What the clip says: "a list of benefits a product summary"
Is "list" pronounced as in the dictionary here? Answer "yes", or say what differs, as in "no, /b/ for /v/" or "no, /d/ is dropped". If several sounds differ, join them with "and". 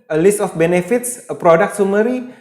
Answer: yes